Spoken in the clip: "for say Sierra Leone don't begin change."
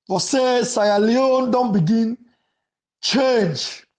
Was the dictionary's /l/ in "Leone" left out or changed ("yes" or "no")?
no